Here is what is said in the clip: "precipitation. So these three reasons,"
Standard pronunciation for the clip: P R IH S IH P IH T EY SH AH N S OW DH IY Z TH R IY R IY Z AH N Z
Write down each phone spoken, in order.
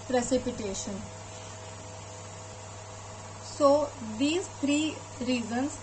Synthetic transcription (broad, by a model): P R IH S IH P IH T EY SH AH N S OW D IY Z T R IY R IY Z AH N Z